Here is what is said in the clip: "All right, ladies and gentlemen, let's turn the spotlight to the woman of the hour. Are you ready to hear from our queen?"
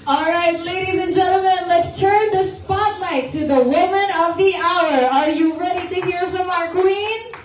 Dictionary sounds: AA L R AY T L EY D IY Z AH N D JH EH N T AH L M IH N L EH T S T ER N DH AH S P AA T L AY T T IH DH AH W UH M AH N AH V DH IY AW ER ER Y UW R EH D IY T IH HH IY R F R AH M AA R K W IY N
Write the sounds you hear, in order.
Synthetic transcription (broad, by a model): AA L R AY T L EY D IY Z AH N JH EH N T L M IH N L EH T S T ER N DH AH S P AA T L AY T T IH DH AH W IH M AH N AH V DH IY AW ER ER Y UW R EH D IY T IH HH IY R F R AH M AA R K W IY N